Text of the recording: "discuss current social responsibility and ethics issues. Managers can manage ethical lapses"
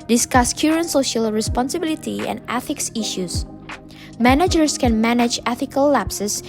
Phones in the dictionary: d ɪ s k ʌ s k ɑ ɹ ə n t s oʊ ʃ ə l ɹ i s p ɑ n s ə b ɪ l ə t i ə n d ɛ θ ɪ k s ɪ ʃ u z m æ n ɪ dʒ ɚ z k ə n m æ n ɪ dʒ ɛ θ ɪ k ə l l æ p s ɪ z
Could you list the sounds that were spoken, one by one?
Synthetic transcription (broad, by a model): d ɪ s k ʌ s k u ɹ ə n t s oʊ ʃ ə l ɹ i s p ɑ n s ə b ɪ l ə t i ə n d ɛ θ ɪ k s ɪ ʃ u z m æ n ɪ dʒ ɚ s k ə n m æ n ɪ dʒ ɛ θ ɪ k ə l l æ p s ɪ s